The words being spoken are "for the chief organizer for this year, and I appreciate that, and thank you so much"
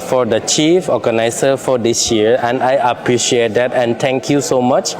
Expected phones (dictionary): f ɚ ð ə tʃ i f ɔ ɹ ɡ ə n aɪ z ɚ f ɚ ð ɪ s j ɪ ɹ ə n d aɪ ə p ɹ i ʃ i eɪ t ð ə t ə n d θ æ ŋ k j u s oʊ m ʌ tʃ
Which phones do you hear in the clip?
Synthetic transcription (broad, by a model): f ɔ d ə tʃ i f ɔ ɡ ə n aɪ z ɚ f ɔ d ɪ s j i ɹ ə n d aɪ ə p ɹ i ʃ i eɪ t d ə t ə n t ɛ ŋ k j u s oʊ m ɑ tʃ